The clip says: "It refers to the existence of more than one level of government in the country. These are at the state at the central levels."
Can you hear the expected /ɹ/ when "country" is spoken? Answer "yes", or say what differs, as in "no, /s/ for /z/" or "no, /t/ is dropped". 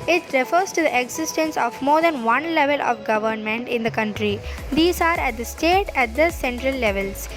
yes